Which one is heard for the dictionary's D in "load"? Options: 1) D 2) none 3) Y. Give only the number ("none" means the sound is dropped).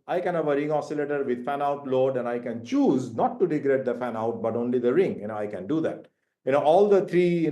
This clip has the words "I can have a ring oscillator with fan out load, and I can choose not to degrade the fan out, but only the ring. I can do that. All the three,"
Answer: 1